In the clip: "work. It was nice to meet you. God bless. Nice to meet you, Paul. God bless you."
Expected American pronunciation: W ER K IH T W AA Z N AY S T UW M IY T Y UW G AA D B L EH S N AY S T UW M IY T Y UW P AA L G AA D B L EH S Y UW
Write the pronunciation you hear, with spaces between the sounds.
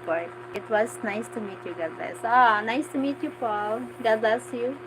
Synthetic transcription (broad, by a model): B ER IH T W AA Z N AY S T UW M IY T Y UW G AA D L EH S N AY S T UW M IY T Y UW P AA L G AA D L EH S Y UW